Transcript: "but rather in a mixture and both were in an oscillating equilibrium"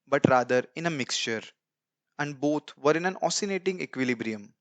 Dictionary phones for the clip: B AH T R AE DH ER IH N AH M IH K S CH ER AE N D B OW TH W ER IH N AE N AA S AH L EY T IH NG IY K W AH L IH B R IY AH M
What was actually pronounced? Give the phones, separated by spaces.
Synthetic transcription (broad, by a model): B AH T R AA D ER IH N AH M IH K S CH ER AE N D B OW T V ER IH N AE N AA S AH N EY T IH NG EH K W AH L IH B R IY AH M